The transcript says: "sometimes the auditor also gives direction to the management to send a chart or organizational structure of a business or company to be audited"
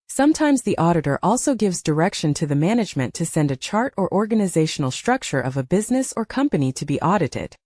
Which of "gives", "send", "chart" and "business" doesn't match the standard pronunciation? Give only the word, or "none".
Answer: none